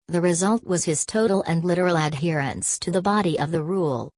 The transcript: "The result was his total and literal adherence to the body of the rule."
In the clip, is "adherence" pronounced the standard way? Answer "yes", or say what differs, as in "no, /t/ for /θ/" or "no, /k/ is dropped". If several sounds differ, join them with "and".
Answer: yes